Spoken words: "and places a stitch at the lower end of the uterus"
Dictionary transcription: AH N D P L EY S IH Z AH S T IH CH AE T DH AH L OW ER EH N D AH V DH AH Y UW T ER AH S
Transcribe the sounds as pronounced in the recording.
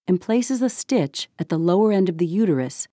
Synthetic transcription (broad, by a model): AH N P L EY S IH Z AH S T IH CH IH T DH AH L OW ER EH N D AH V DH AH Y UW T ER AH S